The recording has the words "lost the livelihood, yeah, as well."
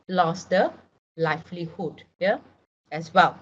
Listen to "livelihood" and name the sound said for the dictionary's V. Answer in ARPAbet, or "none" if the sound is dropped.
F